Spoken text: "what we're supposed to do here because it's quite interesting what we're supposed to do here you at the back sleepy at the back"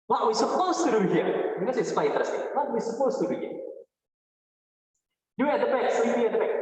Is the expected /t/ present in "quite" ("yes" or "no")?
no